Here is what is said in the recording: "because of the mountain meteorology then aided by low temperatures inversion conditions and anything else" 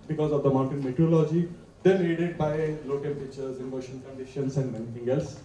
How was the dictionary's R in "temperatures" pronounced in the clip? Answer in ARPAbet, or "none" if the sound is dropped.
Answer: none